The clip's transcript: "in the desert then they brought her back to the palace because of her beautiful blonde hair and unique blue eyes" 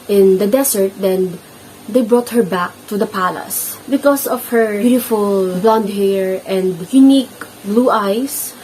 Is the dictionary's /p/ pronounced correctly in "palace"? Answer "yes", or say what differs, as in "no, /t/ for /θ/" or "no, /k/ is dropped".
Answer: yes